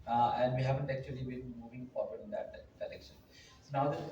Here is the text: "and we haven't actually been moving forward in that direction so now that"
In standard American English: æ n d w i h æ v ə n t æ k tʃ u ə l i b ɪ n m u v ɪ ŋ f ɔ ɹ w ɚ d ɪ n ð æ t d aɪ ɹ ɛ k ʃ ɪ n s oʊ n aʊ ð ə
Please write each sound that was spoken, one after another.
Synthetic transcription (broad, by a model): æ n d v i h æ v ə n t æ k tʃ u ə l i b ɪ n m u v ɪ ŋ f ɔ ɹ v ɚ d ɪ n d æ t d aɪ l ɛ k ʃ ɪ n s oʊ n aʊ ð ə